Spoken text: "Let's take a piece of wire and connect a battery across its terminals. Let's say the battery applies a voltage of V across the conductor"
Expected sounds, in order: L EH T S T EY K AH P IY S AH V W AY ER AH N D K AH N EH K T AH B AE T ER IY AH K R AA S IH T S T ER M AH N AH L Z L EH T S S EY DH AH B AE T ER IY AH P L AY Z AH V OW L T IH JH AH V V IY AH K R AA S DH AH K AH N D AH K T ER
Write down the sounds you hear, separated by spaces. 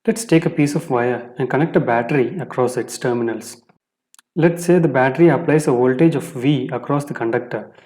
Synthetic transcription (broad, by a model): L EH T S T EY K AH P IY S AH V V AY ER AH N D K AH N EH K T AH B AE T ER IY AH K R AA S IH T S T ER M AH N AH L S L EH T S S EY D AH B AE T ER IY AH P L AY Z AH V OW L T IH JH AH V V IY AH K R AA S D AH K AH N D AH K T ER